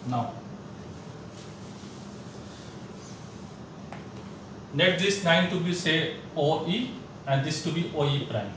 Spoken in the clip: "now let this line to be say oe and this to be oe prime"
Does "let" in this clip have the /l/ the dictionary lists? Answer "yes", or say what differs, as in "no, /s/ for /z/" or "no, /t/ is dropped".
no, /n/ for /l/